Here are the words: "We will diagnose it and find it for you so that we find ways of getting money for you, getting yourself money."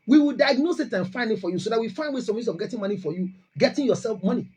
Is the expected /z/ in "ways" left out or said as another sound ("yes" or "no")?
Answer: yes